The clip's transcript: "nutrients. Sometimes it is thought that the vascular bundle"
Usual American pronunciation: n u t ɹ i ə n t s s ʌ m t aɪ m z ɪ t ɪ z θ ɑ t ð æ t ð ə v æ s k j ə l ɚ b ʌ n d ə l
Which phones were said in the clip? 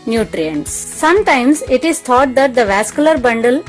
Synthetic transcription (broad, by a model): n u t ɹ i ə n t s s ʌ m t aɪ m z ɪ t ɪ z t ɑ t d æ t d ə v æ s k j ə l ɚ b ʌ n d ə l